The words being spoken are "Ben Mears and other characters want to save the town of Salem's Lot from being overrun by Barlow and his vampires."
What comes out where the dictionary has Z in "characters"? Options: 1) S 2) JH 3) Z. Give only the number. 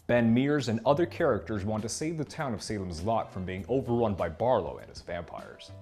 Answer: 3